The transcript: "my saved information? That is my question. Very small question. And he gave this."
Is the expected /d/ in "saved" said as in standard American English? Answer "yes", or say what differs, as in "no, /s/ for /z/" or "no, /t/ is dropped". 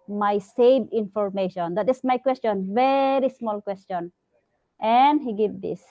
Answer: no, /d/ is dropped